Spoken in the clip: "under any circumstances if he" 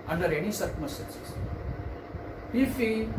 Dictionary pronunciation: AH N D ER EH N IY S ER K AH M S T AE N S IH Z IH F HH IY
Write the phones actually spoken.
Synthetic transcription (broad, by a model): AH N D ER EH N IY S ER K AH S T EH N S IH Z IH F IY